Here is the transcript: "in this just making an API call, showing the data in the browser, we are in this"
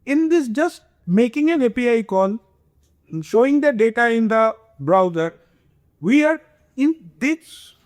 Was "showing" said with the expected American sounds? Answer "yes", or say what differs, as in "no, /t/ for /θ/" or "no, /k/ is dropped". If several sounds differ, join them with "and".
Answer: yes